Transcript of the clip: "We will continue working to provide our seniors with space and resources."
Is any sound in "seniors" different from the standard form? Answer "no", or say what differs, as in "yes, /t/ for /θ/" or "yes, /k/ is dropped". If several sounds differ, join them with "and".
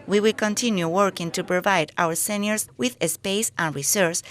yes, /s/ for /z/